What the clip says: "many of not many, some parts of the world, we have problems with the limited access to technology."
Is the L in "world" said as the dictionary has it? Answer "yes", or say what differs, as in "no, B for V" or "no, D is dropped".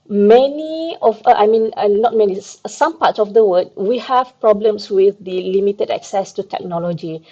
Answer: no, L is dropped